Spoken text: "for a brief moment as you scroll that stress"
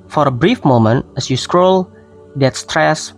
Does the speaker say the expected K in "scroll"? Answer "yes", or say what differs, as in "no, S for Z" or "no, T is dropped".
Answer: yes